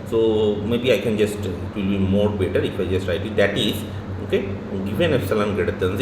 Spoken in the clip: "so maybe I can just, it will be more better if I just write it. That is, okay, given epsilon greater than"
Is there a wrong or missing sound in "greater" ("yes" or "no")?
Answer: yes